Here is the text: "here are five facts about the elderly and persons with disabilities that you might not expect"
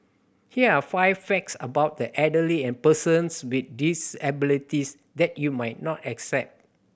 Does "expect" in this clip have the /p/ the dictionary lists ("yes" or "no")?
no